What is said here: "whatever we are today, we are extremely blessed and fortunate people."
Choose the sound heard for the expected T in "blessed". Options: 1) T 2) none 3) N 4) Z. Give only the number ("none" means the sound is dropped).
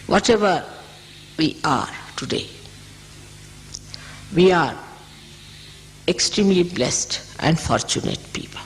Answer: 1